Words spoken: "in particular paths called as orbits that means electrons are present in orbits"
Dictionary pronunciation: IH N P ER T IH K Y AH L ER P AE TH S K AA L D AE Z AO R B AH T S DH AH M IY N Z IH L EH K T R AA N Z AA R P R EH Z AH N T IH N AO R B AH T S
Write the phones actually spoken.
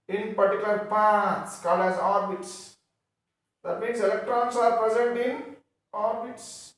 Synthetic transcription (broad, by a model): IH N P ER T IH K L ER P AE T S K AA L D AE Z AO R B AH T S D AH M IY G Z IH L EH K T R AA N S AA R P R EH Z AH N T IH N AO R B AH T S